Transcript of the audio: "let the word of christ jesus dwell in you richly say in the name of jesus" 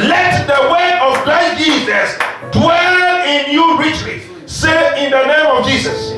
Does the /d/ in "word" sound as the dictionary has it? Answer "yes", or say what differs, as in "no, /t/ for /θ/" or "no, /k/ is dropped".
no, /d/ is dropped